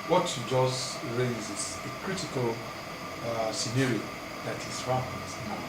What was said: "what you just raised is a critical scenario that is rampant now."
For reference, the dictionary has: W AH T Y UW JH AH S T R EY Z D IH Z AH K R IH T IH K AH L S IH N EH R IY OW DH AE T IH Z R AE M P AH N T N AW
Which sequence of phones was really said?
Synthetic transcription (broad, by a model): W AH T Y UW JH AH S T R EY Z IH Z AH K R IH T IH K AH L S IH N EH R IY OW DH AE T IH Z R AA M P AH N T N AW